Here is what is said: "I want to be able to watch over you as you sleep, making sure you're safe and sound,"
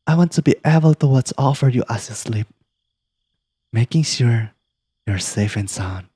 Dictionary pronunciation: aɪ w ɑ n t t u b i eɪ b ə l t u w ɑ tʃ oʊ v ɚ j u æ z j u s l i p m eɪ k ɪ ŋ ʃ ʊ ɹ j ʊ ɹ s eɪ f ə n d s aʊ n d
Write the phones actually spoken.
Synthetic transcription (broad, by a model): aɪ w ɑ n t t u b i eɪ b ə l t u w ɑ s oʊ f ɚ j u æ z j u s l i p m eɪ k ɪ ŋ ʃ ʊ ɹ j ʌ ɹ s eɪ f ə n s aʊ n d